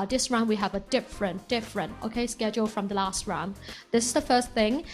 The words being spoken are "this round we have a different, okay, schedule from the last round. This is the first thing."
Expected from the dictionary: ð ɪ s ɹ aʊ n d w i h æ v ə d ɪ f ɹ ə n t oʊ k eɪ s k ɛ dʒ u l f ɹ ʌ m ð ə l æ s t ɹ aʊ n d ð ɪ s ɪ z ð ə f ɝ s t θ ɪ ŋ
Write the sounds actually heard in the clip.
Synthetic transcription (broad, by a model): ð ɪ s ɹ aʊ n w i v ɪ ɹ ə d ɪ f ɹ ə n t oʊ k eɪ s k ɛ dʒ u l f ɹ ʌ m ð ə l æ s t ɹ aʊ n ð ɪ s ɪ z ð ə f ɝ s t θ ɪ ŋ